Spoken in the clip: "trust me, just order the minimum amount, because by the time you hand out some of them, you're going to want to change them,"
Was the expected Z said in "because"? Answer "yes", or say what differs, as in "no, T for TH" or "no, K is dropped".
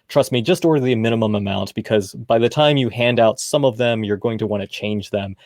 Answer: yes